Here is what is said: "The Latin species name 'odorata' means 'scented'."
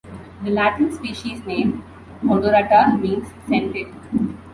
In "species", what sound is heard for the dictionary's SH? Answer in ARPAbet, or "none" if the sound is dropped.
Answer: SH